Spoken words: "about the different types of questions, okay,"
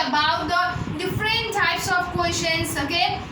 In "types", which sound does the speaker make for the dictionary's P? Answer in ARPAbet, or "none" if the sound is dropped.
P